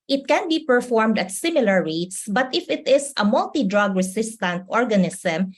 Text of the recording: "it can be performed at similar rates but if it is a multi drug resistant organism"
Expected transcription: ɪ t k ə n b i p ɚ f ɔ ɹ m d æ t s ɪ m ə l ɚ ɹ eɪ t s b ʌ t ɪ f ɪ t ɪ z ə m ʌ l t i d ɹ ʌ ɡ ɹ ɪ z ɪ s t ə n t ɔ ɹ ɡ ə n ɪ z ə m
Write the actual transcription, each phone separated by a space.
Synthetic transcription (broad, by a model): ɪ t k ə n b i p ɚ f ɔ ɹ m d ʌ t s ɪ m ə l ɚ ɹ eɪ t s b ʌ t ɪ f ɪ t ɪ s ə m ʌ l t i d ɹ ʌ ɡ ɹ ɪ s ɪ s t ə n t ɔ ɹ ɡ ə n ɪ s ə m